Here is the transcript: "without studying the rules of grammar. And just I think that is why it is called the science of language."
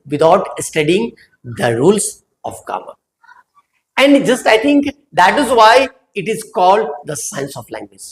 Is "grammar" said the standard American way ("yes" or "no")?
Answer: no